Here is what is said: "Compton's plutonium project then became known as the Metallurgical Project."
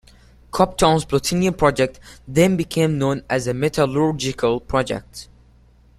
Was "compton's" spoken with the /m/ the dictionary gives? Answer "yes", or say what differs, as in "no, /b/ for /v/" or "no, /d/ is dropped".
no, /m/ is dropped